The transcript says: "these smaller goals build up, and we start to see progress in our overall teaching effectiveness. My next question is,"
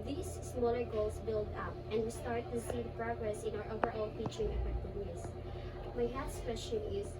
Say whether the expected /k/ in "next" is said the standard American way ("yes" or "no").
no